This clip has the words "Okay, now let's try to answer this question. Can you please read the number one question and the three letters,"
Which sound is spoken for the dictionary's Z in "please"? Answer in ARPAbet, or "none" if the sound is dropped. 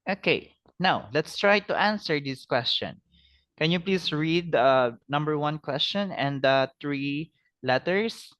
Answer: S